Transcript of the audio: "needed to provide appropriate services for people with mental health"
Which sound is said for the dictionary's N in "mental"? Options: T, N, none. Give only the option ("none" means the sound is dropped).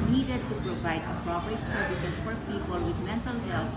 N